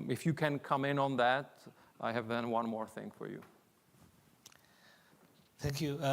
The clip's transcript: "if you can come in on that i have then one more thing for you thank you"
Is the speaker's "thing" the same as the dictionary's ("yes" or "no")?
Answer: yes